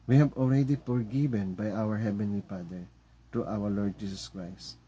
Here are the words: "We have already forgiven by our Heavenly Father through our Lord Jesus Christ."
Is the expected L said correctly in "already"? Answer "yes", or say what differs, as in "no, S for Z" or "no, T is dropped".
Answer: yes